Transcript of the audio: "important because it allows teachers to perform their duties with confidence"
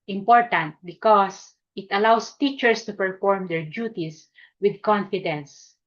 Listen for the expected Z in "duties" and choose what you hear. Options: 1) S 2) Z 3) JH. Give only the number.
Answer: 1